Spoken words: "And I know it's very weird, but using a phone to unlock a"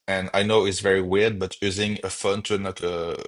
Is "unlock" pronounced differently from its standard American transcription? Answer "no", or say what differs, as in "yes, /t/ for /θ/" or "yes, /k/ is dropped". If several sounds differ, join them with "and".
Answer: yes, /l/ is dropped